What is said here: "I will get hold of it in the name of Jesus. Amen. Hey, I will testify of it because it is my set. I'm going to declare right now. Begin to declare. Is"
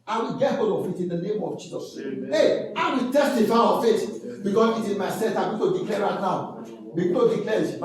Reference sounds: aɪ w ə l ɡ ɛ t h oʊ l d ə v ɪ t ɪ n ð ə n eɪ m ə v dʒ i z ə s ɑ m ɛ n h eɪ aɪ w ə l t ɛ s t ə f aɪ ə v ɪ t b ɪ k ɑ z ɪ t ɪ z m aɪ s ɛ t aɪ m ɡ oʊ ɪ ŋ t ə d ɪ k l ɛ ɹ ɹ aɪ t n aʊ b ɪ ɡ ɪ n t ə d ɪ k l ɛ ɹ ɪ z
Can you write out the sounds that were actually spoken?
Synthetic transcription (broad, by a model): aɪ w ə l ɡ ɛ t h oʊ l d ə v ɪ t ɪ n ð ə n eɪ m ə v dʒ i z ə s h eɪ aɪ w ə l t ɛ s t ə f aɪ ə f ɪ t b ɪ k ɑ s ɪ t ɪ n m aɪ s ɛ t aɪ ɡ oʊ t ə d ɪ k l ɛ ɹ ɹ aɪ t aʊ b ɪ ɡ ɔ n t ə d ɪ k l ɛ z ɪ